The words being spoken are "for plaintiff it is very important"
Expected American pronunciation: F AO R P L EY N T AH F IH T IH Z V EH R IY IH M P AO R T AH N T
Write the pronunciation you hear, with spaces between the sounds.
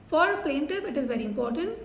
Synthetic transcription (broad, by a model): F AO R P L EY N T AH P IH T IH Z V EH R IY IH M P AO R T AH N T